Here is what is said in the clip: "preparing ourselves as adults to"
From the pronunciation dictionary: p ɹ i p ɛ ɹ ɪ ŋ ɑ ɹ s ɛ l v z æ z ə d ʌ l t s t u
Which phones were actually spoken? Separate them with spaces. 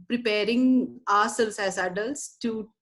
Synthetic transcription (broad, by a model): p ɹ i p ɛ ɹ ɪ ŋ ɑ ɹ s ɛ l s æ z ə d ʌ l t s t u